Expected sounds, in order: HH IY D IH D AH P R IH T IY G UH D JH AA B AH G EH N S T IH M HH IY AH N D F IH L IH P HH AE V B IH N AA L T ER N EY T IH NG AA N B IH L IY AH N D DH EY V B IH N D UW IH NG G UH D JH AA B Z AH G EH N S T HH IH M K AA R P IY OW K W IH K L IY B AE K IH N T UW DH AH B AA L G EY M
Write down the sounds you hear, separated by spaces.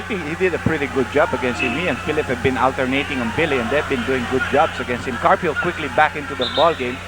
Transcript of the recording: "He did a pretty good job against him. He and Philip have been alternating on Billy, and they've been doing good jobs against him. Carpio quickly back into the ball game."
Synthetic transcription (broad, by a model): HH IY D IH D AH P R IH T IY G UH D JH AA B AH G EH N S T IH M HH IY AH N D F IH L IH P HH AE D B IH N AA L T ER N EY T IH NG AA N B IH L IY AH N D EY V B IH N D UW IH NG G UH D JH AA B S AH G EH N S T HH IH M K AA R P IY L K W IH K L IY B AE K IH N T UW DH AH B AA L G EY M